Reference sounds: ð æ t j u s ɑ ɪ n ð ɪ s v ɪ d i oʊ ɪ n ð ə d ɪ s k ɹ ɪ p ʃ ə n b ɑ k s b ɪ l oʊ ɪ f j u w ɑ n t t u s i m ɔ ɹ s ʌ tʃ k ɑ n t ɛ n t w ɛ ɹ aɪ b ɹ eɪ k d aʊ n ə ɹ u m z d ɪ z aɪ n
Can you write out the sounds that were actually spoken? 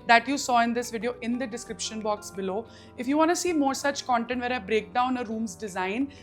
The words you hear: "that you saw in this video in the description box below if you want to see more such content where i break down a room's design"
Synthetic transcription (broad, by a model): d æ t j u s ɑ ɪ n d ɪ s v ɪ d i oʊ ɪ n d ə d ɪ s k ɹ ɪ p ʃ ə n b ɑ k s b ɪ l oʊ ɪ f j u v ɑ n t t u s i m ɔ ɹ s ʌ tʃ k ɑ n t ɛ n t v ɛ ɹ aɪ b ɹ eɪ k d aʊ n ə ɹ u m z d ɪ z aɪ n